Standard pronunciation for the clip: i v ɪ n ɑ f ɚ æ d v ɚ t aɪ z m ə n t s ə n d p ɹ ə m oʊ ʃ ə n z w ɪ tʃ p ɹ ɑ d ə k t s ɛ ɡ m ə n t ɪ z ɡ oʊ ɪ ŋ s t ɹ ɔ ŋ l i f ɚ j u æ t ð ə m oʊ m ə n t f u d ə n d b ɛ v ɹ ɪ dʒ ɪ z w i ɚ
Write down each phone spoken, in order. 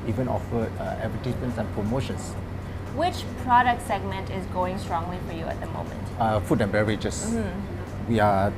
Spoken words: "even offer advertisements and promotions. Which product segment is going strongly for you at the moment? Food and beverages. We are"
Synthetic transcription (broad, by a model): i v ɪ n ɑ f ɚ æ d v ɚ t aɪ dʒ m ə n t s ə n p ɹ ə m oʊ ʃ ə n s w ɪ tʃ p ɹ ɑ d ə k t s ɛ ɡ m ə n t ɪ z ɡ oʊ ɪ ŋ s t ɹ ɔ ŋ l i f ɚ j u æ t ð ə m oʊ m ə n t f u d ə n b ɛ ɹ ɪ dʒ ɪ s w i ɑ